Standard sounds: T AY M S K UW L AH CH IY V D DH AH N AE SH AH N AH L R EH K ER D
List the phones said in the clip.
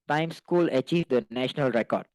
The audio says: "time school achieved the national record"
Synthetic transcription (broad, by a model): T AY M S K UW L AH CH IY V D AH N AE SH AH N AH L R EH K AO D